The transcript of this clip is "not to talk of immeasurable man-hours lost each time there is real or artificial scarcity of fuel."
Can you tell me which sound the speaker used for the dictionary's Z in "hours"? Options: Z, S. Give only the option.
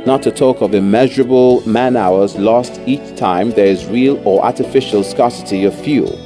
Z